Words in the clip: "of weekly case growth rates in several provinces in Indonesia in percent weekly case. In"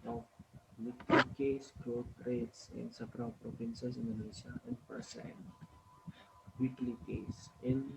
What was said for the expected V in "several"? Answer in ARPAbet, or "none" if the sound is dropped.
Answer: B